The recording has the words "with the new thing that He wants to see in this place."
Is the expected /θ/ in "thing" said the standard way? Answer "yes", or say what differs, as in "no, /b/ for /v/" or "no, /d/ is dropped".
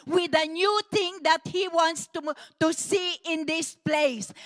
no, /t/ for /θ/